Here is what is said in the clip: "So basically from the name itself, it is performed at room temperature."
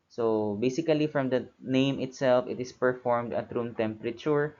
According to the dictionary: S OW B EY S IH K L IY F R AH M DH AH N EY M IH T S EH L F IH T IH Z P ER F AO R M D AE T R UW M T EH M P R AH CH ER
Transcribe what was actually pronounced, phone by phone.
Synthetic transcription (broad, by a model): S OW B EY S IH K L IY F R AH M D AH N EY M IH T S EH L F IH T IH S P ER F AO R M D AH T R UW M T EH M P R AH CH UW